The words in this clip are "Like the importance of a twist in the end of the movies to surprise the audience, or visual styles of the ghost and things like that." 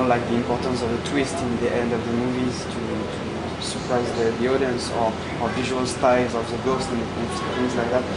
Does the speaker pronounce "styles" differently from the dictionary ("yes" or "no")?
yes